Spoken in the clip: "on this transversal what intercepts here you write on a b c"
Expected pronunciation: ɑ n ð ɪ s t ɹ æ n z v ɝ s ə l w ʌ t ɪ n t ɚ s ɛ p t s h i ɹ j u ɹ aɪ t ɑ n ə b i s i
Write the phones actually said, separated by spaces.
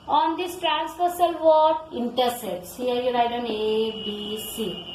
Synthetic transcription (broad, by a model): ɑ n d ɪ s t ɹ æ n s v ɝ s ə l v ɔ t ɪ n t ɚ s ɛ t s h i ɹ j u ɹ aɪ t ɑ n ə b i s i